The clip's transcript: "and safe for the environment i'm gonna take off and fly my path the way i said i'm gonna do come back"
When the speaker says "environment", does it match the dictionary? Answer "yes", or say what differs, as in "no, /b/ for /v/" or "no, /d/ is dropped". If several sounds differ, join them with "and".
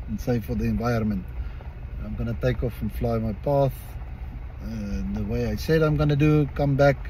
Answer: no, /ɹ/ is dropped